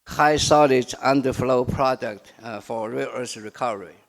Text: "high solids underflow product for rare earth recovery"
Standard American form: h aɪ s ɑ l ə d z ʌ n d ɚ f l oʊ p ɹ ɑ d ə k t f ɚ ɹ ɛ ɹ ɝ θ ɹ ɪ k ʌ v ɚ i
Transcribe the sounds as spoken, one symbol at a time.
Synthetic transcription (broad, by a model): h aɪ s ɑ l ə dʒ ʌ n d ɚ f l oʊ p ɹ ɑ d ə k t f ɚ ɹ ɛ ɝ s ɹ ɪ k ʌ v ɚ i